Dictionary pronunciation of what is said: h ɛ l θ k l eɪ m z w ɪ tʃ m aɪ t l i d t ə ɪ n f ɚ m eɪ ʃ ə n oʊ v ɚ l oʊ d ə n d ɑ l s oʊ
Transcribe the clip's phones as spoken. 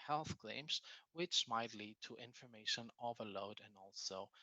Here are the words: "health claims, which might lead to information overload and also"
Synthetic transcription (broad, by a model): h ɛ l θ k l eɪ m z w ɪ tʃ m aɪ t l i d t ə ɪ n f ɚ m eɪ ʃ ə n oʊ v ɚ l oʊ d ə n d ɑ l s oʊ